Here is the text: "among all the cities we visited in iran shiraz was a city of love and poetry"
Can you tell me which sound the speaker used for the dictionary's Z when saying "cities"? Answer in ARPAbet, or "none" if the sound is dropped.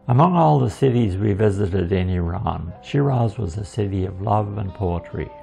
Z